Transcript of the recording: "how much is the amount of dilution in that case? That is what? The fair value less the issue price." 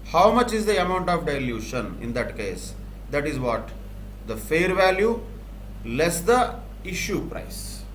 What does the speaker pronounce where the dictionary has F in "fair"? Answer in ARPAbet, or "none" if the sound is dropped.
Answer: F